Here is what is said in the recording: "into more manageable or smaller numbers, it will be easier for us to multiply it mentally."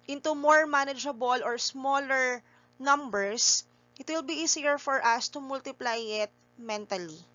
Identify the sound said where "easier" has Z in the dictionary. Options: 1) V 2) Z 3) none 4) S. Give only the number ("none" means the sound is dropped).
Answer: 4